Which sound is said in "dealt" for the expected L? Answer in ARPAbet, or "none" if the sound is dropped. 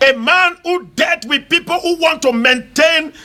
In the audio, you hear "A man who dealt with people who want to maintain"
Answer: none